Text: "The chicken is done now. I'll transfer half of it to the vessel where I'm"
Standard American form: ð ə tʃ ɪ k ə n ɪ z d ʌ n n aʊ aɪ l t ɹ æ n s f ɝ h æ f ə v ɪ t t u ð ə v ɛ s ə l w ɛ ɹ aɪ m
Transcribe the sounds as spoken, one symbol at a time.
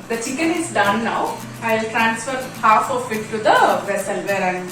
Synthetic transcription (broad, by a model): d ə tʃ ɪ k ə n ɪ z d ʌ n n aʊ aɪ l t ɹ æ n s f ɝ h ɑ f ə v ɪ t t u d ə v ɛ s ə l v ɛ ɹ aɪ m